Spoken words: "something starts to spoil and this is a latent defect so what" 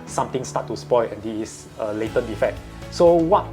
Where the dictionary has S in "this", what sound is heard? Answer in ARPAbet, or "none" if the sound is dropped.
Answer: none